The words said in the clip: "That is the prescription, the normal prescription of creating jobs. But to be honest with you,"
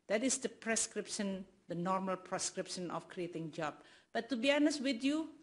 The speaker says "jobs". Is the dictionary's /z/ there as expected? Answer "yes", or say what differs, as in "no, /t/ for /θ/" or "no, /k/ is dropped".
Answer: no, /z/ is dropped